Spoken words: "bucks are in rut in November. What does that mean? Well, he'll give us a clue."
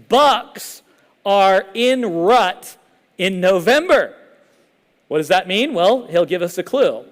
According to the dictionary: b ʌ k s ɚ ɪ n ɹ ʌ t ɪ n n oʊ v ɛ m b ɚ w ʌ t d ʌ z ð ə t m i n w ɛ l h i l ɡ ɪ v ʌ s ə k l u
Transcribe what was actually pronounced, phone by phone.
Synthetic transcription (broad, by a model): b ʌ k s ɚ ɪ n ɹ ʌ t ɪ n n oʊ v ɛ m b ɚ w ʌ t d ʌ z ð ə t m i n w ɛ l h i l ɡ ɪ v ʌ s ə k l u